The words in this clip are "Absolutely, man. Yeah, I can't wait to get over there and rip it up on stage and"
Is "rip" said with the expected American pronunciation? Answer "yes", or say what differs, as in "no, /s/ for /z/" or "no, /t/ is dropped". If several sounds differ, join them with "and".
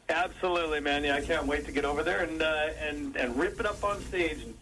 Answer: yes